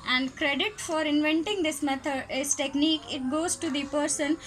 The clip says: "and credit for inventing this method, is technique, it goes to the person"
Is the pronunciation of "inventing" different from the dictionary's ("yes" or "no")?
no